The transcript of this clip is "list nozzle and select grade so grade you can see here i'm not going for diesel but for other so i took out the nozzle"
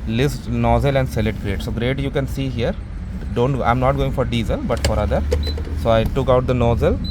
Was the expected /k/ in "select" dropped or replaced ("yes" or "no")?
yes